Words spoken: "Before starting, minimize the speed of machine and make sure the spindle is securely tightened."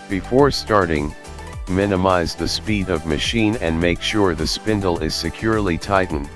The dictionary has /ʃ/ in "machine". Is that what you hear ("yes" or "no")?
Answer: yes